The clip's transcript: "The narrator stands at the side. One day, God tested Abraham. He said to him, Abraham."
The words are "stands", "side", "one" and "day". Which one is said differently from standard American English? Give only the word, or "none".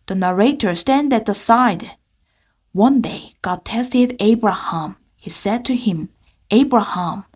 stands